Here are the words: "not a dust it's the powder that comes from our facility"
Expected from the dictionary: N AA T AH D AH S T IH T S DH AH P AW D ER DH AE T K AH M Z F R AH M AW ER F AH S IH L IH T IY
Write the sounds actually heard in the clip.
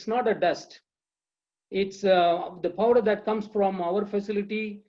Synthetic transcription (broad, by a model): N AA T AH D AH S T IH T S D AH P AW D ER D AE T K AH M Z F R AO M AW ER F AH S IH L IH T IY